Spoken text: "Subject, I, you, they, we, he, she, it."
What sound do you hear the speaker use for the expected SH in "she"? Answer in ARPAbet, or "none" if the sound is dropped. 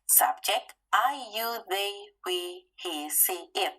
S